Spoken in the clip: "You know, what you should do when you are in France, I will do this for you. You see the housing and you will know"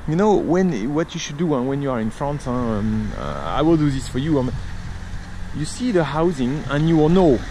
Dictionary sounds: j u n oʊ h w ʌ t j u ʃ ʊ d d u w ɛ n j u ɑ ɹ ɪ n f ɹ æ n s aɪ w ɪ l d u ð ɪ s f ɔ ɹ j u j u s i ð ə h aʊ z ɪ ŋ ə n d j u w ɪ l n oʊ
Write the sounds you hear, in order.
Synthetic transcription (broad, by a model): j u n oʊ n w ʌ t j u ʃ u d d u w ɛ n j u ɑ ɹ ɪ n f ɹ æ n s aɪ w ɪ l d u ð ɪ s f ɔ ɹ j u j u s i ð ə h aʊ z ɪ ŋ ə n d j u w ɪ l n oʊ